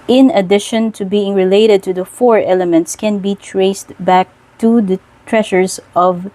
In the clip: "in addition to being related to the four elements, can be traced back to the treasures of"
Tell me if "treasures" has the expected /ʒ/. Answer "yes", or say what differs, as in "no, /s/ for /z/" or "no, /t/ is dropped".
no, /ʃ/ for /ʒ/